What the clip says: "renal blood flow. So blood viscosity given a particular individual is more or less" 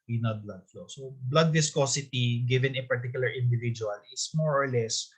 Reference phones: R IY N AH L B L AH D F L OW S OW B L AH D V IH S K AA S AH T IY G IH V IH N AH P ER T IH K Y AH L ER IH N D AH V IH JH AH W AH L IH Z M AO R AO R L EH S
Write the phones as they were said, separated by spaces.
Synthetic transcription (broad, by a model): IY N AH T B L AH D F L OW S OW B L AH D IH S K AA S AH T IY G IH V IH N AH P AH T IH K Y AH L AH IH N D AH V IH JH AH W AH L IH S M AO R AO R L EH S